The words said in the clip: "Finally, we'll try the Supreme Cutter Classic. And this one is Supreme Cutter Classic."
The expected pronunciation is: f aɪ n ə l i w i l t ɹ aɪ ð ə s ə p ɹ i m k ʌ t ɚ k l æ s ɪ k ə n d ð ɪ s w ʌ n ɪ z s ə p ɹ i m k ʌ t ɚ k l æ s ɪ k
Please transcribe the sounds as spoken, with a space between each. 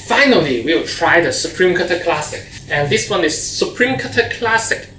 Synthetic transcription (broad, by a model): f aɪ n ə l i w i w t ɹ aɪ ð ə s ə p ɹ i m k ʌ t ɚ k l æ s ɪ k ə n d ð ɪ s w ʌ n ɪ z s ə p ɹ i m k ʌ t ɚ k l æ s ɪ k